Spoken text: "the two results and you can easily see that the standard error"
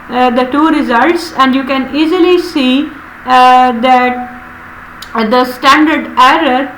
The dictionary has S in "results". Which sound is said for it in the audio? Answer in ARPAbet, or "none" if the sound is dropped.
S